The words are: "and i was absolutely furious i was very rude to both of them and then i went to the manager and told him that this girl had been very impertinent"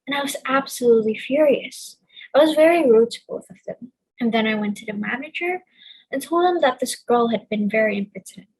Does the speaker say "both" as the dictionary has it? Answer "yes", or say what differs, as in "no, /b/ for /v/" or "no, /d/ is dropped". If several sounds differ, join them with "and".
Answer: yes